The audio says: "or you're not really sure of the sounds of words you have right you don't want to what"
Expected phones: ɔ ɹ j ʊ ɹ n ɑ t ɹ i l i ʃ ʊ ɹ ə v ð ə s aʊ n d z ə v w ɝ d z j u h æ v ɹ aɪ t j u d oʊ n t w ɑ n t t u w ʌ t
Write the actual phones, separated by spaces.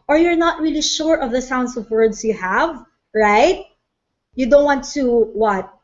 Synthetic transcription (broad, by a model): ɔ ɹ j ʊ ɹ n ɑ t ɹ i l i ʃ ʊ ɹ ə v ð ə s aʊ n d s ə v w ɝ d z j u h æ v ɹ aɪ t j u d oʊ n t w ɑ n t t u w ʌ t